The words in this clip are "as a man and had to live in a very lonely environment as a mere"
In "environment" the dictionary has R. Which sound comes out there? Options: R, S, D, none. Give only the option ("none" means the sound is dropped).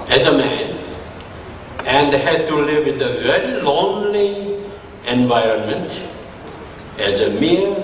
R